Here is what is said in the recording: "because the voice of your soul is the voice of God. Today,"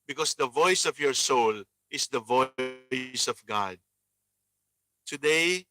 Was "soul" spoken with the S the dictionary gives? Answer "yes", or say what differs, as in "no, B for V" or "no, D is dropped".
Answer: yes